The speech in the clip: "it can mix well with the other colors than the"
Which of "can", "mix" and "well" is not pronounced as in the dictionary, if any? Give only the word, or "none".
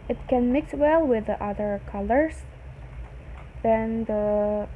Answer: none